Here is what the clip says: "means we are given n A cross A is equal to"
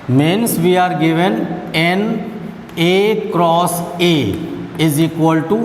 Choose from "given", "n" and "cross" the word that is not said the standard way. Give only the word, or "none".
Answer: none